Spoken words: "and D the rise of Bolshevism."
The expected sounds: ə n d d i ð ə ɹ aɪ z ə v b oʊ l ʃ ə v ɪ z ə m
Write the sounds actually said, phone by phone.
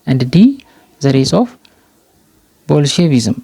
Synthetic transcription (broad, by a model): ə n d d i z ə ɹ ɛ s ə f b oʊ l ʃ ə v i z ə m